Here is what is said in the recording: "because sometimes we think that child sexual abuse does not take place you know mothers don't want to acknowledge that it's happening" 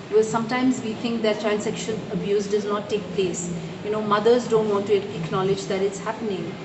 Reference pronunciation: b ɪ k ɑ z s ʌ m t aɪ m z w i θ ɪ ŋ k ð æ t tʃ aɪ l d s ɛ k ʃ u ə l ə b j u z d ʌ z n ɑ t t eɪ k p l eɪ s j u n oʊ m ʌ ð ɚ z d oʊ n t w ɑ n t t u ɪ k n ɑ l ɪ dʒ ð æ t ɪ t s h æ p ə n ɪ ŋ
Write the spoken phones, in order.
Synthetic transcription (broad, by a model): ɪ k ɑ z s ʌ m t aɪ m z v i t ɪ ŋ k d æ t tʃ aɪ l d s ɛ k ʃ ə n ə b j u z d ʌ z n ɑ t t eɪ k p l eɪ s j u n oʊ m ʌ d ɚ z d oʊ n t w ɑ n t t u ɪ k n ɑ l ɪ dʒ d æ t ɪ t s h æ p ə n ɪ ŋ